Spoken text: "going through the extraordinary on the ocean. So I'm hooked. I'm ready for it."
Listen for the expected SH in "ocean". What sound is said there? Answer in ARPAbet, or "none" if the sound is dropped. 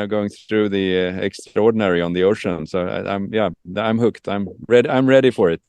SH